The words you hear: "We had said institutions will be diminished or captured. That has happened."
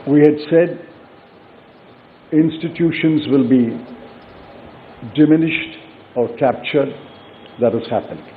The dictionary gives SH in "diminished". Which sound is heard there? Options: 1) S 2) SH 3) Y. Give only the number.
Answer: 2